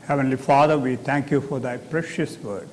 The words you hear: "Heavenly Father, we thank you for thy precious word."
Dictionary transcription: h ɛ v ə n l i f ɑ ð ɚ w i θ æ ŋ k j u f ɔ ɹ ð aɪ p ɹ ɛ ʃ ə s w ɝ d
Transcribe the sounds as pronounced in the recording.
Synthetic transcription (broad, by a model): h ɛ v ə n l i f ɑ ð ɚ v i t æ ŋ k j u f ɔ ɹ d aɪ p ɹ ɛ ʃ ə s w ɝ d